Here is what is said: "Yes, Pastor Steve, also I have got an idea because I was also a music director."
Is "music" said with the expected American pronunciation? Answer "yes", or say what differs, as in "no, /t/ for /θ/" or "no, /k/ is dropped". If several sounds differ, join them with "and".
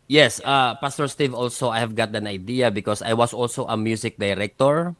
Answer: no, /s/ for /z/